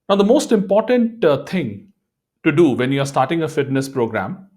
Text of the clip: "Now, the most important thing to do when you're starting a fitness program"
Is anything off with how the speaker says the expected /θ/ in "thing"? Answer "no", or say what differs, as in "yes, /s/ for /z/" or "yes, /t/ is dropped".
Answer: yes, /t/ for /θ/